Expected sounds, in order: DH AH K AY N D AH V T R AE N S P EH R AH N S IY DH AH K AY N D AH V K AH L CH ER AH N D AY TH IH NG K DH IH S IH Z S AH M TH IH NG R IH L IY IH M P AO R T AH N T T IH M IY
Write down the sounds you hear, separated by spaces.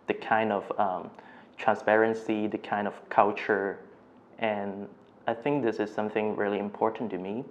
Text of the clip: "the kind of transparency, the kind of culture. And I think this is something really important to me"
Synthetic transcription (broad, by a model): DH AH K AY N D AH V T R AE N S P EH R AH N S IY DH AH K AY N D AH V K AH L CH ER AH N AY TH IH NG K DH IH S IH Z S AH M TH IH NG R IH L IY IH M P AO R T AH N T T IH M IY